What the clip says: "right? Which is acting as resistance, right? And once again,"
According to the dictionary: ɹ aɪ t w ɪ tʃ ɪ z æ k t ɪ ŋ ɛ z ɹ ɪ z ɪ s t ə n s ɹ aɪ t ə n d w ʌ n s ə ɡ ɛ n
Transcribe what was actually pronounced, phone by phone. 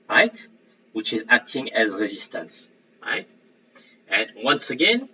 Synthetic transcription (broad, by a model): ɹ aɪ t w ɪ tʃ ɪ z æ k t ɪ ŋ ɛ z ɹ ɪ z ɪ s t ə n s ɹ aɪ t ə n w ʌ n s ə ɡ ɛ n